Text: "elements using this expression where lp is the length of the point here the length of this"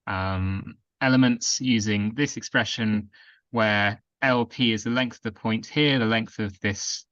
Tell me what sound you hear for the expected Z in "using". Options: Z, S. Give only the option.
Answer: Z